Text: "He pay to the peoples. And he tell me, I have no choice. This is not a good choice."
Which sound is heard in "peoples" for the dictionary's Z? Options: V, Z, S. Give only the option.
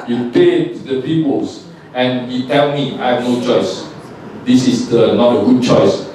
S